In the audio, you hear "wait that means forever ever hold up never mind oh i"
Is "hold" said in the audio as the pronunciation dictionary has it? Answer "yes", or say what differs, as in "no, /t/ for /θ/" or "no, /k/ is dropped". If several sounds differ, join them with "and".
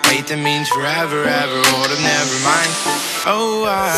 no, /l/ is dropped